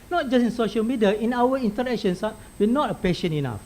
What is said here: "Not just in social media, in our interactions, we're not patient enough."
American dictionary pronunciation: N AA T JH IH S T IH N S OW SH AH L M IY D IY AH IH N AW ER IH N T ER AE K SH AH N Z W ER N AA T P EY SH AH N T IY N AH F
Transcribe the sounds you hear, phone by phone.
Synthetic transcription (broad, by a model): N AA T JH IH S IH N S OW SH AH L M IY D IY AH IH N AW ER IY N T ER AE K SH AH N S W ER N AA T P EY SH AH N IY N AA F